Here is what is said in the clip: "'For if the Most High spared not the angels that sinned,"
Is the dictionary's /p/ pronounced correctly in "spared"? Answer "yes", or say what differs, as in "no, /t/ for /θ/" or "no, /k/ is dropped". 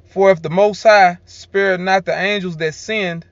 yes